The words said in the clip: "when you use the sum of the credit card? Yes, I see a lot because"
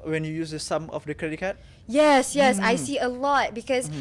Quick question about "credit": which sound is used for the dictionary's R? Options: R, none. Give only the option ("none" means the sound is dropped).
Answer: R